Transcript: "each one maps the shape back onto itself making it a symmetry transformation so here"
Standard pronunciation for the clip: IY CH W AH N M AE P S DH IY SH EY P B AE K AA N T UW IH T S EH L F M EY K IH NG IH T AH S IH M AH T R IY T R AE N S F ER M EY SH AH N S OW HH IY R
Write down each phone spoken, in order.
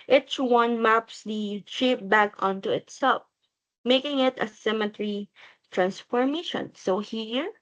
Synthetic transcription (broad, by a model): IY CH W AH N M AE P S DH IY SH EY P B AE K AA N T UW IH T S EH L F M EY K IH NG IH T AH S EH M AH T R IY T R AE N S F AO M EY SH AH N S OW HH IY R